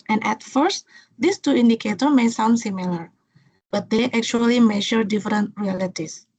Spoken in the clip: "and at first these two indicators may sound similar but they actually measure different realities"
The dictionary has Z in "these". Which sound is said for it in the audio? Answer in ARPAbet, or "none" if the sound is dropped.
S